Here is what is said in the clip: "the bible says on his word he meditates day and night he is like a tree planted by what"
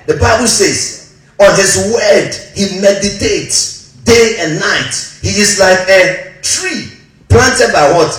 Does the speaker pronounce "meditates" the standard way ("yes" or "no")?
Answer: yes